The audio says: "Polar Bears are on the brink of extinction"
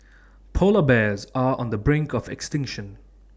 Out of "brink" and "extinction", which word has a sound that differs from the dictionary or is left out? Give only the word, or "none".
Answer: none